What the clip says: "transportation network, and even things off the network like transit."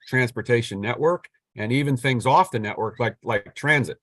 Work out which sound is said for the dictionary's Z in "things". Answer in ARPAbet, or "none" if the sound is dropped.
Z